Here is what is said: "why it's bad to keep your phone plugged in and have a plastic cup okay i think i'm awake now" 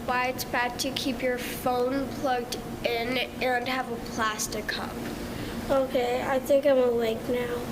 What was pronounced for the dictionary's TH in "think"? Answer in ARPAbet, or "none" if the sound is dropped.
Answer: TH